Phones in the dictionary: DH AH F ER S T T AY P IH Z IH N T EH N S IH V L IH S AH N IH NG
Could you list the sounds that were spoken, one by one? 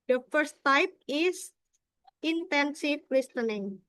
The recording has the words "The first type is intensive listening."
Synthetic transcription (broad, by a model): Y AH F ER S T T AY P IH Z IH N T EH N S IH F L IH S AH N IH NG